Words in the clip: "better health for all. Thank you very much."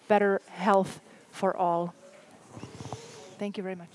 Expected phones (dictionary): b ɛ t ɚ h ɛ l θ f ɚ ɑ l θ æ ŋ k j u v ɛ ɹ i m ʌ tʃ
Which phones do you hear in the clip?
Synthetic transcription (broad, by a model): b ɛ t ɚ h ɛ l θ f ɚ ɑ l θ æ ŋ k j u v ɛ ɹ i m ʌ tʃ